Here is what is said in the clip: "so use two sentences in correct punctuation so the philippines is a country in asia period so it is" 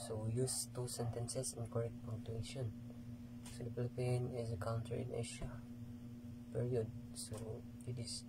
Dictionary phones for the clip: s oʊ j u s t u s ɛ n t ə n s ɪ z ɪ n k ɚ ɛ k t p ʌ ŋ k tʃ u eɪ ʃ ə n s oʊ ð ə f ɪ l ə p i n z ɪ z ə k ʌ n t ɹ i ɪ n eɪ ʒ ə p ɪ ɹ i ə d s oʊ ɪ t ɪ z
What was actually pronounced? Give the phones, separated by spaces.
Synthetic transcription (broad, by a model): s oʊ j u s t u s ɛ n t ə n s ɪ s ɪ n k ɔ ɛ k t p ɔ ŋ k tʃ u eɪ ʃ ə n s oʊ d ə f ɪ l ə p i n ɪ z ə k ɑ n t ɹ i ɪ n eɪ ʃ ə p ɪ ɹ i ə d s oʊ ɪ t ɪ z